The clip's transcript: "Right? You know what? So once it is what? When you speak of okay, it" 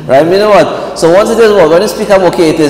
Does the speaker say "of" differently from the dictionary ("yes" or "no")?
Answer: yes